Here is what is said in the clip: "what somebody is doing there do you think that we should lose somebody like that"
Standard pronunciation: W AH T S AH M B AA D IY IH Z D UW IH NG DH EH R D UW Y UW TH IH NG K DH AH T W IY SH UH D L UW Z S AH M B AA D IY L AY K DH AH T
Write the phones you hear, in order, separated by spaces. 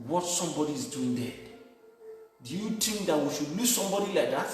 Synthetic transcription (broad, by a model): W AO T S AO M B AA D IY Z D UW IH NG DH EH D UW Y UW T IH NG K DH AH T W IY SH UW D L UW S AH M B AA D IY L AY K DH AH T